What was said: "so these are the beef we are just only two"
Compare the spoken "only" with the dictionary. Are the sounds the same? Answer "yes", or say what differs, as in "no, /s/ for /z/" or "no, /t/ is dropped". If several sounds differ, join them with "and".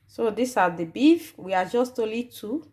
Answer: no, /n/ is dropped